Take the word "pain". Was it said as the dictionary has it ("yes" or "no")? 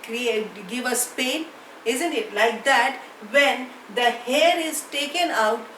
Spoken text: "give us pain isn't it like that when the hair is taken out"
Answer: yes